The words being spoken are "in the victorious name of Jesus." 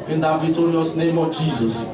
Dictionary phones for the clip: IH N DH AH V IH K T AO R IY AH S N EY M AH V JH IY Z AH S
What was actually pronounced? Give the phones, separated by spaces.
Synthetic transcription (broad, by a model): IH N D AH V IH T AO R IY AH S N EY M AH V JH IY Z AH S